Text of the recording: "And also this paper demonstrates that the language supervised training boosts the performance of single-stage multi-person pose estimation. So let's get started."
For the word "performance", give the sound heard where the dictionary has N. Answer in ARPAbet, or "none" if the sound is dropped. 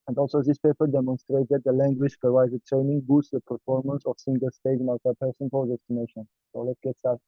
N